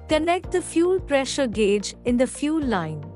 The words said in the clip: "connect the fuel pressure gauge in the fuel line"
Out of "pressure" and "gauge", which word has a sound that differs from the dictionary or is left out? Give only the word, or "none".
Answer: none